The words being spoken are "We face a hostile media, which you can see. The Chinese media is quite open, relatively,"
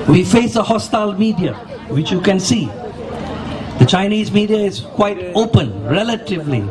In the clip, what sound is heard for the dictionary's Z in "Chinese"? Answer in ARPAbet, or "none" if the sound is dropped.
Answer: Z